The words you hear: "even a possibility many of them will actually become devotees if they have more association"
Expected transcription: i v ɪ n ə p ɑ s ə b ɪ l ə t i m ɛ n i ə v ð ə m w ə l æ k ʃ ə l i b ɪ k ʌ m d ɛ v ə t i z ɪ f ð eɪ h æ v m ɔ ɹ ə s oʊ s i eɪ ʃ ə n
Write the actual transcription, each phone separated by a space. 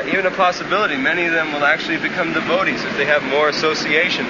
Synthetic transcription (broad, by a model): i v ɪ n ə p ɑ s ə b ɪ l ə t i m ɛ n i ə v ð ə m w ə l æ k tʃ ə l i b ɪ k ʌ m d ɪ v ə t i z ɪ f ð eɪ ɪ v m ɔ ɹ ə s oʊ s i eɪ ʃ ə n